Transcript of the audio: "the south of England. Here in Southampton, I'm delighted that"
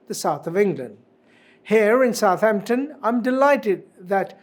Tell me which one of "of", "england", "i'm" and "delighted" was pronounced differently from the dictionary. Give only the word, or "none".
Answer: none